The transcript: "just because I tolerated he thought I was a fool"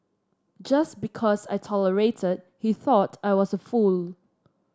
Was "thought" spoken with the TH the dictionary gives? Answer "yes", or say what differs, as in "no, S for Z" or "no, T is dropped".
yes